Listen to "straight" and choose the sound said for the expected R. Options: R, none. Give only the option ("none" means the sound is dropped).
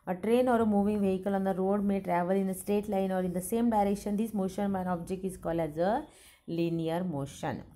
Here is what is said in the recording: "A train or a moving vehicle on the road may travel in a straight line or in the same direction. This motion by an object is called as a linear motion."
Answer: none